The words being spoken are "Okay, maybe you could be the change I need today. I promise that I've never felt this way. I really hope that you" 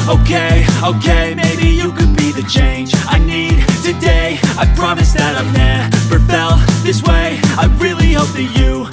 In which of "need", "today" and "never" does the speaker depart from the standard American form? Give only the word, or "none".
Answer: never